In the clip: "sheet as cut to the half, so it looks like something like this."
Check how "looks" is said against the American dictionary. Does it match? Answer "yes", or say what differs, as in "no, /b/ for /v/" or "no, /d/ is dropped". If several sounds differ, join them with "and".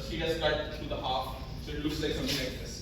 no, /k/ is dropped